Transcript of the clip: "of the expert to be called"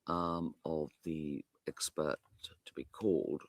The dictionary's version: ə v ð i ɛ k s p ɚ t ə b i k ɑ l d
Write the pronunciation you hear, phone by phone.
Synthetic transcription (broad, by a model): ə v ð i ɛ k s p ɚ t ə b i k ɑ l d